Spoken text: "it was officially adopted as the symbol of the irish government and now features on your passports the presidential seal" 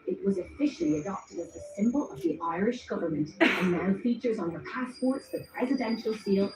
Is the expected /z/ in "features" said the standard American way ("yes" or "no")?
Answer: yes